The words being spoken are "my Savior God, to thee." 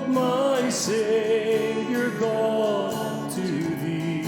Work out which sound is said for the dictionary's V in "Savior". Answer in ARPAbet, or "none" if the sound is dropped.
none